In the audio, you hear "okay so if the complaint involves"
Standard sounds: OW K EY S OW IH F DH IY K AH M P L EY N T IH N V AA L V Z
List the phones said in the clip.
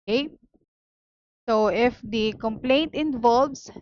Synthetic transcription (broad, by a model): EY S OW IH F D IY K AH M P L EY N T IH N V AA L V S